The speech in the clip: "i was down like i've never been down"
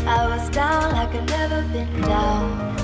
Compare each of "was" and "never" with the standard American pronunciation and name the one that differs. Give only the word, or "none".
none